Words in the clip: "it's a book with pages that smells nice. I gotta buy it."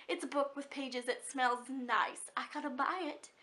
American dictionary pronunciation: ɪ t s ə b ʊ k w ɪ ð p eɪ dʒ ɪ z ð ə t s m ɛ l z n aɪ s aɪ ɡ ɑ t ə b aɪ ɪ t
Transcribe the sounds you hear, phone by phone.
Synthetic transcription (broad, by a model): ɪ t s ə b ʊ k w ɪ ð p eɪ dʒ ɪ z ð ə t s m ɛ l z n aɪ s aɪ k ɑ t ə b aɪ ɪ t